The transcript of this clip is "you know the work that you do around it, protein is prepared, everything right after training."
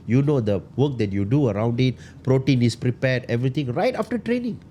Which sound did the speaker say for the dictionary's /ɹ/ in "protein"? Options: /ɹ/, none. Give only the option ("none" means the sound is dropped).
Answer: /ɹ/